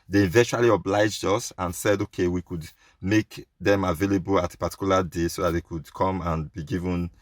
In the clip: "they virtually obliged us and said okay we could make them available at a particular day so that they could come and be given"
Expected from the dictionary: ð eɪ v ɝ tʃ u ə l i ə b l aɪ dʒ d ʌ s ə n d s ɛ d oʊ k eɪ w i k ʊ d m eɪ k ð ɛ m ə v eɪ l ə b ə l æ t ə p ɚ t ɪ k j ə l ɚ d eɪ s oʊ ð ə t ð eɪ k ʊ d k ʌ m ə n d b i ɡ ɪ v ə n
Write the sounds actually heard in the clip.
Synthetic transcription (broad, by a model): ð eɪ v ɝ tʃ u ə l i ə b l aɪ dʒ d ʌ s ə n s ɛ d oʊ k eɪ w i k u d m eɪ k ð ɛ m ə v eɪ l ə b ə l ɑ t ə p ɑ t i k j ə l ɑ d eɪ s oʊ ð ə t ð eɪ k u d k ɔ m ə n b i ɡ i v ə n